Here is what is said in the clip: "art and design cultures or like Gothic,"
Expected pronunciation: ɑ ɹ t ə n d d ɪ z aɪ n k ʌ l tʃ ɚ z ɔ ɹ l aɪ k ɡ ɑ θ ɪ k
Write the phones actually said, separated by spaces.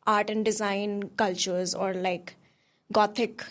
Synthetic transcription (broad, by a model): ɑ ɹ t ə n d d ɪ z aɪ n k ʌ l tʃ ɚ z ɔ ɹ l aɪ k ɡ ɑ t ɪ k